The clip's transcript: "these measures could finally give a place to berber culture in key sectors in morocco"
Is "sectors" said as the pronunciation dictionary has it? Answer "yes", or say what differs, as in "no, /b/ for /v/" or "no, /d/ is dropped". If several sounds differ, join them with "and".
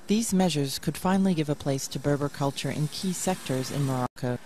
yes